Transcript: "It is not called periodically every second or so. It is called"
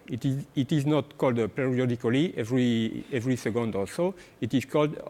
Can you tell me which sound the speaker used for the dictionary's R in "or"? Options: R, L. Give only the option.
L